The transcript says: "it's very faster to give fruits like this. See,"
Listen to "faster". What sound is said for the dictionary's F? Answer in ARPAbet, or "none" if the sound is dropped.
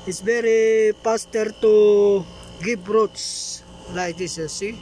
P